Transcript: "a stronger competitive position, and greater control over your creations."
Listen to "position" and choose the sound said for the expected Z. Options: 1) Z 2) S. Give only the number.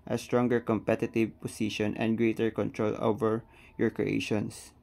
2